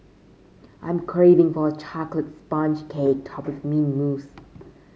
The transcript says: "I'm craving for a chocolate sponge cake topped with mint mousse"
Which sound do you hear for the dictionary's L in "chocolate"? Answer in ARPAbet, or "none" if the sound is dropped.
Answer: L